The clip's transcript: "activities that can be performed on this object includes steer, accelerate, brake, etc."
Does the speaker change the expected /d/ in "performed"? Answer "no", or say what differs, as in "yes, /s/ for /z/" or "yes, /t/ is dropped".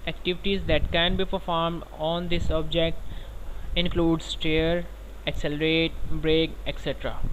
no